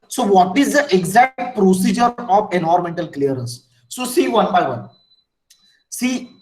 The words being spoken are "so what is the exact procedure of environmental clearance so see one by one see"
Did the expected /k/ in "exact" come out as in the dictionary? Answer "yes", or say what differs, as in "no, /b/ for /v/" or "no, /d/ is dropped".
yes